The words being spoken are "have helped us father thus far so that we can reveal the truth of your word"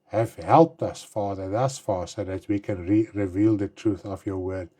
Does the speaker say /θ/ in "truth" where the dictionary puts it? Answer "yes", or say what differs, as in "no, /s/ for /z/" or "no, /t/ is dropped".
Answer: yes